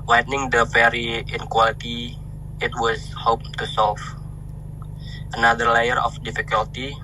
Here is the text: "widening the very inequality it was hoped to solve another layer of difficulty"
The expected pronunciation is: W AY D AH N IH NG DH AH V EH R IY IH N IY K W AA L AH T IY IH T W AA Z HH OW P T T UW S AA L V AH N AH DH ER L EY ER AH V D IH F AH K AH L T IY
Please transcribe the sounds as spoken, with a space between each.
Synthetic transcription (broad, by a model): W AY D N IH NG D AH B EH R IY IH N K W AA L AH T IY IH T W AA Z HH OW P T T UW S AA L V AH N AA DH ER L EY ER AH F D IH F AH K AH L T IY